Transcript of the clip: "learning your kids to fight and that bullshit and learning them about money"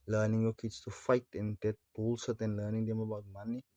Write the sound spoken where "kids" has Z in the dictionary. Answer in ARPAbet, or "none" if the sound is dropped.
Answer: S